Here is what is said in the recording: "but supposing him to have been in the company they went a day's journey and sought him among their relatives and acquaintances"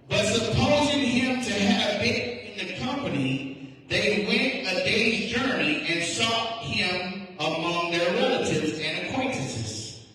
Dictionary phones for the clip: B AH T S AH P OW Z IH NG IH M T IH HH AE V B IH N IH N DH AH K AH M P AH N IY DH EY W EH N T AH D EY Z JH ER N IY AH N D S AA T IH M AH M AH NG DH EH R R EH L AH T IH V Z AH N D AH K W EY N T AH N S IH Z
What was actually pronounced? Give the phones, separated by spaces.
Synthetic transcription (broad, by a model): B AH T S AH P OW Z IH NG IH M T IH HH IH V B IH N IH N DH AH K AH M P AH N IY DH EY W EH N T AH D EY Z JH ER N IY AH N S AA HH IH M AH M AH NG DH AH R R EH L AH T IH V Z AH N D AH K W EY N T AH N S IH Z